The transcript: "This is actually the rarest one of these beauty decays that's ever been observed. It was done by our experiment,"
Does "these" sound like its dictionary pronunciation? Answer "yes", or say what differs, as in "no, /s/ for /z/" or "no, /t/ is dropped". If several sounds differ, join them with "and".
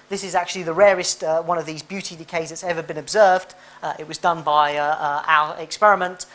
yes